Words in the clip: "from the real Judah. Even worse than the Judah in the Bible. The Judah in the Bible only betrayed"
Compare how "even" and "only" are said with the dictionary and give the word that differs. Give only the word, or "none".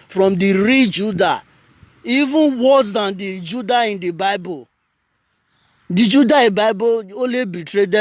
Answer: only